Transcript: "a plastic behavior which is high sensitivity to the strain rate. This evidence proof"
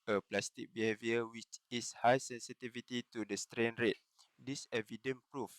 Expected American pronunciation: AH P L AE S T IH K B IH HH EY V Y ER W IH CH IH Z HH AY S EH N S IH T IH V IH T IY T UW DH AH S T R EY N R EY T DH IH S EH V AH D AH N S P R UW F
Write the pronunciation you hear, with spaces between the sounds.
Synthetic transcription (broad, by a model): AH P L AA S T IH K B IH HH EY V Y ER W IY CH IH S HH AY S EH N S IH T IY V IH T IY T UW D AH S T R EY N R EY T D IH S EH V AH D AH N P R UW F